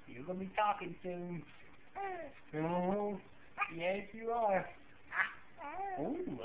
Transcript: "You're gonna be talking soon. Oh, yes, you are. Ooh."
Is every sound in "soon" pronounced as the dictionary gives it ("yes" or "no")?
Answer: no